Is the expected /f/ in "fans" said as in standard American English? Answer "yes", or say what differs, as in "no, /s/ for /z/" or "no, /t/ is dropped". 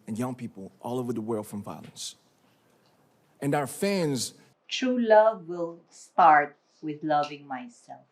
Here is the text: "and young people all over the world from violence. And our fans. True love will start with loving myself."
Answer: yes